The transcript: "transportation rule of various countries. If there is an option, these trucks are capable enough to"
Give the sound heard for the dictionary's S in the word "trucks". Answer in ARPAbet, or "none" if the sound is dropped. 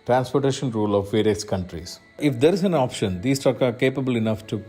none